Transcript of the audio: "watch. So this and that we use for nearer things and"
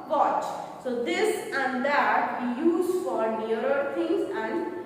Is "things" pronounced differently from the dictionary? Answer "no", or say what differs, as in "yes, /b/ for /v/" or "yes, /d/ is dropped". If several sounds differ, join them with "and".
yes, /t/ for /θ/